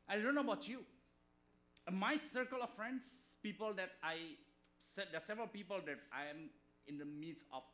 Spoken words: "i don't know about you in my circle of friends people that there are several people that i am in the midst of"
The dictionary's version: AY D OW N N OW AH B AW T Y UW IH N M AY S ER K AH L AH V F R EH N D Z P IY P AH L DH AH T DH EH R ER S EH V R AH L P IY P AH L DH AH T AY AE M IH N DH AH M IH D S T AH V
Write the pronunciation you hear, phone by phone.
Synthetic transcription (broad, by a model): AY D OW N N OW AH B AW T Y UW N M AY S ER K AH L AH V F R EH N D S P IY P AH L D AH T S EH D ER S EH V R AH L P IY P AH L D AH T AY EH M IH N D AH M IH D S AH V